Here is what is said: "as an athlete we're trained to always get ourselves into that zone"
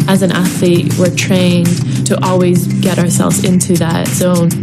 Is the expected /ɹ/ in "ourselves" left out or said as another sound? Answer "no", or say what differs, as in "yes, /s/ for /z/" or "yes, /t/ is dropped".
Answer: no